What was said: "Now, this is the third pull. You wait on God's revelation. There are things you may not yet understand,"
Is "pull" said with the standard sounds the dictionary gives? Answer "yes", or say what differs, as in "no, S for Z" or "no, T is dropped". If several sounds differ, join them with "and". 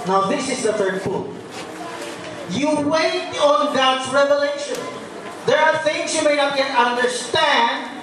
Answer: no, F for P